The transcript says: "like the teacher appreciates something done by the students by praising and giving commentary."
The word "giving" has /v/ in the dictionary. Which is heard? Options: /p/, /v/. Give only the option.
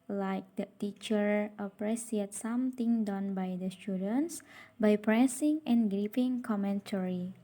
/p/